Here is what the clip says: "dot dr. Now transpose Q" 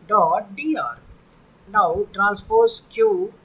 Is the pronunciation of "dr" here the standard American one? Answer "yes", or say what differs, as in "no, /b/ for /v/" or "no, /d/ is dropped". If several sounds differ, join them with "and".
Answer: no, /k/ is dropped